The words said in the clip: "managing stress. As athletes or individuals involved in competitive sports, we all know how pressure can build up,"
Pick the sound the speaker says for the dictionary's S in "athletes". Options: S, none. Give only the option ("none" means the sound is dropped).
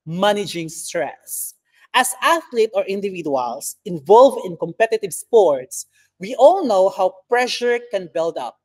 none